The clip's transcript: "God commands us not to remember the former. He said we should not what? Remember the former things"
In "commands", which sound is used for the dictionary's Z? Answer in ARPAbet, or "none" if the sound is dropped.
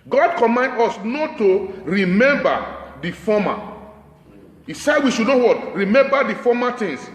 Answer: none